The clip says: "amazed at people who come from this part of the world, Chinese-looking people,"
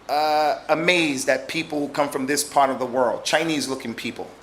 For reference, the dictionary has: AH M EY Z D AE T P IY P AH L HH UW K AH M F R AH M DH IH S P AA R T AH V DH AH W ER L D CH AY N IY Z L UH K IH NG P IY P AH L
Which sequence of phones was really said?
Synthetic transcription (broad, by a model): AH M EY Z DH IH T P IY P L K AH M F R AH M DH IH S P AA R T AH V DH AH W ER L D CH AY N IY Z L UH K IH NG P IY P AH L